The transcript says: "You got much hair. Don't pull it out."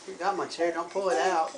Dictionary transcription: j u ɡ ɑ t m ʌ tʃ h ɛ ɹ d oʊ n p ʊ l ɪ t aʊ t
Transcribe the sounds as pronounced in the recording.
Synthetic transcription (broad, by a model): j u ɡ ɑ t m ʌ s h ɛ ɹ d oʊ n p ʊ l ɪ t aʊ t